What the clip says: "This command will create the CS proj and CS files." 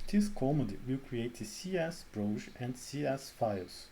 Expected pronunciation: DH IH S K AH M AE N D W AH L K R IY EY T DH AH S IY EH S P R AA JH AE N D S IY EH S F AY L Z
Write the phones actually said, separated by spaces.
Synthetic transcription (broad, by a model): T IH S K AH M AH D W AH L K R IY EY T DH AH S IY EH S B R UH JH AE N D S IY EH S F AY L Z